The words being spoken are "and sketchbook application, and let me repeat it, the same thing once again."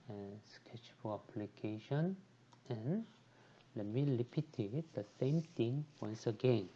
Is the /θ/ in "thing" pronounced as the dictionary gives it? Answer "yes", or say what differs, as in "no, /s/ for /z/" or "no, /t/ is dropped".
no, /t/ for /θ/